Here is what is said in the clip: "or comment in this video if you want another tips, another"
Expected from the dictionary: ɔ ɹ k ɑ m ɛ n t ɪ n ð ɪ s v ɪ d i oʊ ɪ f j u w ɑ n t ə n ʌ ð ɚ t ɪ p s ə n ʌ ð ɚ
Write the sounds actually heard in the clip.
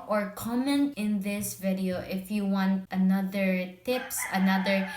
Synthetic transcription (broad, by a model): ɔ ɹ k ɑ m ɛ n t ɪ n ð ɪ s v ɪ d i oʊ ɪ f j u w ɑ n t ə n ʌ ð ɚ t ɪ p s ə n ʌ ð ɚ